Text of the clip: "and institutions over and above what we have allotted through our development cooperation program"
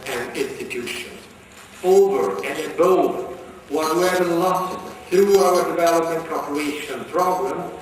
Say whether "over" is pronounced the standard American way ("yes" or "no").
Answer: yes